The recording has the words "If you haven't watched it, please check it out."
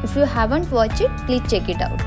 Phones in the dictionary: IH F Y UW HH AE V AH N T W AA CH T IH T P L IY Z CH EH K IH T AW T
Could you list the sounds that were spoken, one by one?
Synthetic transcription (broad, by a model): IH F Y UW HH AE V AH N T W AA CH IH T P L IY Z CH EH K IH T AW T